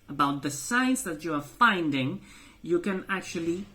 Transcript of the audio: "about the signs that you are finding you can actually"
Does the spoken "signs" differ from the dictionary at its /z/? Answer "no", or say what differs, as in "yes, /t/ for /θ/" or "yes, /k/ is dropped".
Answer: yes, /s/ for /z/